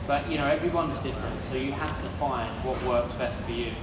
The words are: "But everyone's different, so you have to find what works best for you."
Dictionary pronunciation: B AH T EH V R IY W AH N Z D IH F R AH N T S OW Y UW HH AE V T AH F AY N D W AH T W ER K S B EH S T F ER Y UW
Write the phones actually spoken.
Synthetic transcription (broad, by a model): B AH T EH V R IY W AH N Z D IH F R AH N T S OW Y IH HH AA F T AH F AY N D W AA T W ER K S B EH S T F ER Y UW